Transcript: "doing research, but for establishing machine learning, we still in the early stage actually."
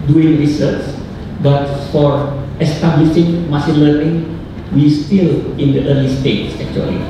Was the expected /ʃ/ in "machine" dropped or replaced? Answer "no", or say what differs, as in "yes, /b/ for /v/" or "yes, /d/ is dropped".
yes, /s/ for /ʃ/